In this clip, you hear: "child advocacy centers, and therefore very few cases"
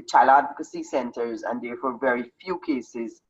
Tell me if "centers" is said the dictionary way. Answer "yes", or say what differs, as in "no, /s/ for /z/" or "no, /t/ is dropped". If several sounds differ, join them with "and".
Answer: yes